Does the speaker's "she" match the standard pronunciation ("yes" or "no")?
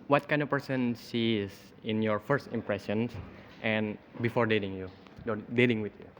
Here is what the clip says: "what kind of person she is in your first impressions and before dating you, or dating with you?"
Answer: no